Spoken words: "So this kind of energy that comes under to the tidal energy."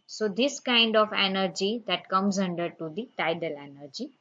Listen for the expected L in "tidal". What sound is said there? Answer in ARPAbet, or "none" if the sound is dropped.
L